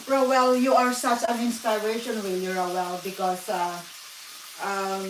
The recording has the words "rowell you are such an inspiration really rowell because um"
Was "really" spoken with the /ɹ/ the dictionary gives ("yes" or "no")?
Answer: no